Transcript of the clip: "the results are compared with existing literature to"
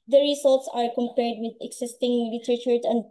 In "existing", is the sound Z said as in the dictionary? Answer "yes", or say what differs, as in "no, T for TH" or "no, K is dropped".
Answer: no, S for Z